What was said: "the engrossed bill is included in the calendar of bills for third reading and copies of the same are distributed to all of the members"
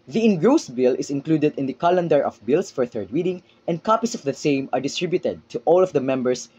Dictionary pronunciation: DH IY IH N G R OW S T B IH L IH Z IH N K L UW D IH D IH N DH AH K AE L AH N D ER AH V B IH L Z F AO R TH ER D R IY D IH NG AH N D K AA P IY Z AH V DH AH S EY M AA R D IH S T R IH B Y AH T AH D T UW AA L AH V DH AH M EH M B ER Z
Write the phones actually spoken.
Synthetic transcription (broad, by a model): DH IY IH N G R OW S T B IH L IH S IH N K L UW D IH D IH N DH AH K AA L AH N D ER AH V B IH L S F AO R TH ER D W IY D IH NG AH N D K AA P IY S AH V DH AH S EY M AA R D IH S T R IH B Y AH T AH D T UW AA L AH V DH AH M EH M B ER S